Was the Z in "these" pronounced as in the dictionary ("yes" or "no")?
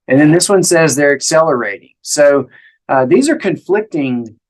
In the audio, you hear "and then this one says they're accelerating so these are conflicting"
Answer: yes